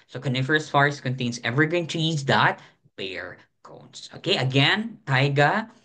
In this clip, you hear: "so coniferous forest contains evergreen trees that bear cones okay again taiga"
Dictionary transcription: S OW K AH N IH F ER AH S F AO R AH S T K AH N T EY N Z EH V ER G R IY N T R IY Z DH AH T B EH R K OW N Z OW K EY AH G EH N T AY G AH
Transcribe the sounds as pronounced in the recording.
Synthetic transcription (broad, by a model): S OW K AH N IH F ER AH S F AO R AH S K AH N T EY N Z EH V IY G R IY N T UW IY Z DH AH T B EH R K OW N S OW K EY AH G EH N T AY G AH